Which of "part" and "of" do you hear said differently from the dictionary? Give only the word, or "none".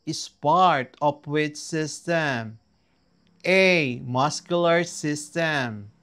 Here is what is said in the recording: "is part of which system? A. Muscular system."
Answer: of